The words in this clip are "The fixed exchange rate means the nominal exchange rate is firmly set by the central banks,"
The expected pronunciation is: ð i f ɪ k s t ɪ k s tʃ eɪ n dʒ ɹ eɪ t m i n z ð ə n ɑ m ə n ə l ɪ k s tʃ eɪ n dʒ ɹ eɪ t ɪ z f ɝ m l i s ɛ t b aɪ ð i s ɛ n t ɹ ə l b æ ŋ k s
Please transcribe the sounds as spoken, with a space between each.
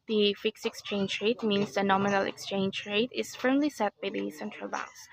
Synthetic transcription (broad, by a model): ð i f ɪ k s ɪ k s tʃ eɪ n dʒ ɹ eɪ t m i n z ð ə n ɑ m ə n ə l ɪ k s tʃ eɪ n dʒ ɹ eɪ t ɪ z f ɝ m l i s ɛ t b aɪ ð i s ɛ n t ɹ ə l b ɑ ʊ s